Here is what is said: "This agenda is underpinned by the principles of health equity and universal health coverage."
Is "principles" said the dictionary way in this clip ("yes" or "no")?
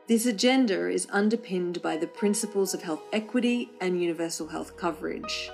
yes